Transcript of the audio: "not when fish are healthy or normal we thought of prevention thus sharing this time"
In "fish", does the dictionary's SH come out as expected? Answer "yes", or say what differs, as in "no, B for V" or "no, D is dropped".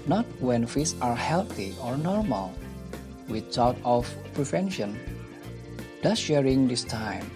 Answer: no, S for SH